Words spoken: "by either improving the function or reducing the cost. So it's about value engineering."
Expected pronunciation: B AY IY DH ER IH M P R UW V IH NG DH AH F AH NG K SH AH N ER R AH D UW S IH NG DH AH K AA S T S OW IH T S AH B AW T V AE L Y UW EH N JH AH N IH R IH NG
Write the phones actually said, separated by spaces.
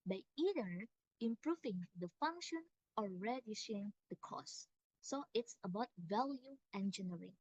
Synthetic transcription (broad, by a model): B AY IY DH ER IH M P R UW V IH NG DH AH F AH NG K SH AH N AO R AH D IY SH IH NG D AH K AA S S OW IH T S AH B AW T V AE L Y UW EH N JH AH N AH R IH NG